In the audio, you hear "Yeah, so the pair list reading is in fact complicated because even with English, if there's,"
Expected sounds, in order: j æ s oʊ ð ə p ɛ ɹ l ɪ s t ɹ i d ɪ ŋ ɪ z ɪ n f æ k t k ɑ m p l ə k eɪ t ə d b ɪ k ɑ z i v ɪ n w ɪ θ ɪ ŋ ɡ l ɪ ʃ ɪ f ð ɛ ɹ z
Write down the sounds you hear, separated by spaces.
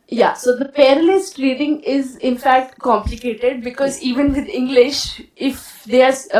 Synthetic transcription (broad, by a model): j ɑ s oʊ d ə p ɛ ɹ l ɪ s t ɹ i d ɪ ŋ ɪ z ɪ n f æ k t k ɑ m p l ə k eɪ t ə d b ɪ k ɑ z i v ɪ n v ɪ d ɪ ŋ ɡ l ɪ ʃ ɪ f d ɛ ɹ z